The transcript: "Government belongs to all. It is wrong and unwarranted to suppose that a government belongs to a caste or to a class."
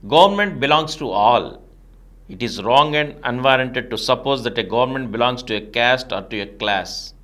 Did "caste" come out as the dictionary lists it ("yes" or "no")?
yes